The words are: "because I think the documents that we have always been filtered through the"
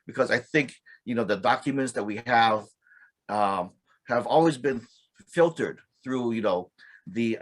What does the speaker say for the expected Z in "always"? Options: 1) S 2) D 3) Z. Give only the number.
3